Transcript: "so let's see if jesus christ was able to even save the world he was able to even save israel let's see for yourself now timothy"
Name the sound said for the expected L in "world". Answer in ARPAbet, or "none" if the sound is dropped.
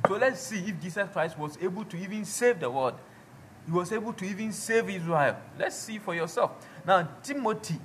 none